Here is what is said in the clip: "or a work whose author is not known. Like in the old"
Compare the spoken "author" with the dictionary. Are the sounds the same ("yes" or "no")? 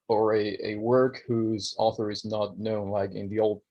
yes